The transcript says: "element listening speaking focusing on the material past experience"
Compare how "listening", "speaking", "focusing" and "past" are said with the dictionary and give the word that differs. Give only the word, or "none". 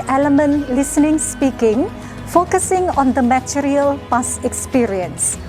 past